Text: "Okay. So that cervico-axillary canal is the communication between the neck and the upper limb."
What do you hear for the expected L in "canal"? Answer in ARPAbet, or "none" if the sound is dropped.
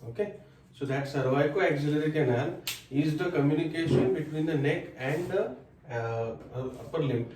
N